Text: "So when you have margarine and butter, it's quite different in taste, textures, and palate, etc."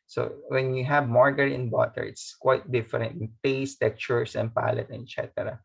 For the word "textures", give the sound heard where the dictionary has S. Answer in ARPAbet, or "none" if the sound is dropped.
none